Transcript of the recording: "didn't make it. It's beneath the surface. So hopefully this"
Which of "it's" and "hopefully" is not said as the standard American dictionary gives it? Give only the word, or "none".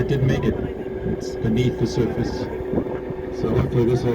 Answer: hopefully